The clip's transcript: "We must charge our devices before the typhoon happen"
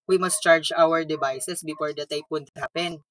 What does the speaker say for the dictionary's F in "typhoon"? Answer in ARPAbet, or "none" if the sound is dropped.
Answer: P